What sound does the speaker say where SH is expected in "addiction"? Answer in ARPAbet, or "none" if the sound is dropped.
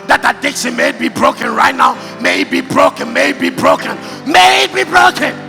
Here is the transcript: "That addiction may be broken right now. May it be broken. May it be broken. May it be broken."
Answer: S